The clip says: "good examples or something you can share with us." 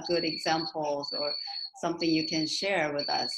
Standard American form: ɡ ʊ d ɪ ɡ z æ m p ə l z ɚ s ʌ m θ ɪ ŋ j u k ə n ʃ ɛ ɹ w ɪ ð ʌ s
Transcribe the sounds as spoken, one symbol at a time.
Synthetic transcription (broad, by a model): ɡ ʊ d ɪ ɡ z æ m p l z ɚ s ʌ m θ ɪ ŋ j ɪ k ə n ʃ ɛ ɹ w ɪ ð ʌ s